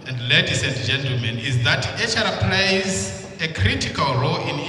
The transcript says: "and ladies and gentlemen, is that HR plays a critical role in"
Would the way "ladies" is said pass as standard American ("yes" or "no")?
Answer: no